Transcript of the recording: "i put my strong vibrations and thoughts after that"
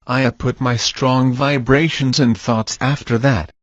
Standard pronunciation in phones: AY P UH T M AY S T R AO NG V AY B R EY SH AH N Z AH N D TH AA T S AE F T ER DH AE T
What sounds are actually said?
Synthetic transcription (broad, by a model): AY P UH T M AY S T R AO NG V AY B R EY SH AH N Z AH N TH AA T S AE F T ER DH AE T